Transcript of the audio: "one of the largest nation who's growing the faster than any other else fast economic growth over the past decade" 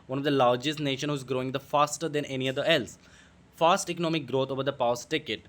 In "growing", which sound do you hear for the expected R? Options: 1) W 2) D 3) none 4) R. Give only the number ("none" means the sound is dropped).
4